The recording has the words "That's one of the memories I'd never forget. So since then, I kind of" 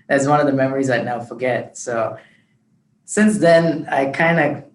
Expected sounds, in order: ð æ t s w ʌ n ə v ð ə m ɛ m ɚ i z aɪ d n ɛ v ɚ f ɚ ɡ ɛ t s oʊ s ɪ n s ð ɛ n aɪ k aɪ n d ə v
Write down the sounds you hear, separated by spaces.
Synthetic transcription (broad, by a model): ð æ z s w ʌ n ə v ð ə m ɛ m ɚ i z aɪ n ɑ ʊ f ɚ ɡ ɛ t s oʊ s ɪ n s ð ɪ n aɪ k aɪ n d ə